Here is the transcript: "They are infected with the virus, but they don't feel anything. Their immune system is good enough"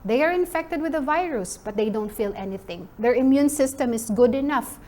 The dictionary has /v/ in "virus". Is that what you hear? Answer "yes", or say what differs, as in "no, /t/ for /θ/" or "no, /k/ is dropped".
yes